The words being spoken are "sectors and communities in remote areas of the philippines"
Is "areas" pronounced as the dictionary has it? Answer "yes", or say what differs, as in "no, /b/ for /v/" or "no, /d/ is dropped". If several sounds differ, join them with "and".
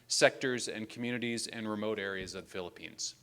yes